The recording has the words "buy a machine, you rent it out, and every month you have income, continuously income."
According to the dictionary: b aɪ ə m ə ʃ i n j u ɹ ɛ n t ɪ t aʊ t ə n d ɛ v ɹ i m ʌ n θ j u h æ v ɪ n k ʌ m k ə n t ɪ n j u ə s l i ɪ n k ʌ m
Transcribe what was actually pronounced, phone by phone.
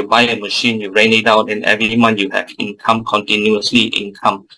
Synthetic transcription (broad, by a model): b aɪ ə m ə ʃ i n j u ɹ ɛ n ɪ t aʊ t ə n ɛ v ɹ i m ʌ n j u h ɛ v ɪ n k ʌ m k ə n t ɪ n j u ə s l i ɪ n k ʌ m